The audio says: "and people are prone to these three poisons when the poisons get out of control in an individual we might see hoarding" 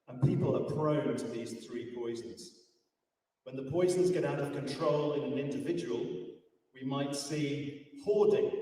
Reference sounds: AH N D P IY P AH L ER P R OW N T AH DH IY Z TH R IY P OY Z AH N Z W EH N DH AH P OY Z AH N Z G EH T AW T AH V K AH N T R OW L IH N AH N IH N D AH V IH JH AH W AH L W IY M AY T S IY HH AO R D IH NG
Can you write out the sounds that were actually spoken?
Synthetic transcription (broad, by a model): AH N P IY P AH L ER P R OW N T AH DH IY Z TH R IY P OY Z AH Z W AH N DH AH P OY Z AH Z G EH T AW T AH V K AH N T R OW L IH N AH N IH N D AH V IH JH AH W AH L W IY M AY T S IY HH AO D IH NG